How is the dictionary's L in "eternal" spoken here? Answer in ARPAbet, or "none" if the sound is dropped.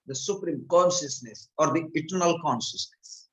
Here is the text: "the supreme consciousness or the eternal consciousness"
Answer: L